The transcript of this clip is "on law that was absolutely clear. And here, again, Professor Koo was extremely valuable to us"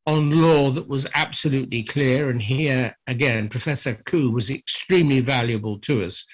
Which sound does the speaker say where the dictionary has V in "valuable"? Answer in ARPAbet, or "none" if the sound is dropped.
V